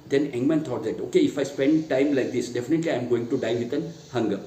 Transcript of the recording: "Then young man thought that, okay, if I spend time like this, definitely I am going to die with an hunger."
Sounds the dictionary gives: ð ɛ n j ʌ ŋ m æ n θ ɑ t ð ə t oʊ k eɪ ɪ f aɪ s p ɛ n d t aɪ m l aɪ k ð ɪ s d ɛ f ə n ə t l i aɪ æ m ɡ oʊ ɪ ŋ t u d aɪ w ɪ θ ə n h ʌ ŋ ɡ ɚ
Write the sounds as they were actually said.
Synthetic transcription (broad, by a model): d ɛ n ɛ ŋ m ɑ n t ɑ t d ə t oʊ k eɪ ɪ f aɪ s p ɛ n d t aɪ m l aɪ k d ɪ s d ɛ f ə n ə t l i aɪ m ɡ oʊ ɪ ŋ t u d aɪ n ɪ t ə n h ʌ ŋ ɡ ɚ